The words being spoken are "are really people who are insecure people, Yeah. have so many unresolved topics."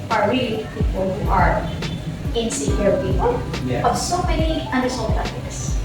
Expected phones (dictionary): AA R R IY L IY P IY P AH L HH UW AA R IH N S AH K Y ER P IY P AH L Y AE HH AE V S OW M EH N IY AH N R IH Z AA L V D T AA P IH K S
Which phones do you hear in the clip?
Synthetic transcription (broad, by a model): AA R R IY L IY P IY P AH L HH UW AA R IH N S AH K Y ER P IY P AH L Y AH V S OW M EH N IY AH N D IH S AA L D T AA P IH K S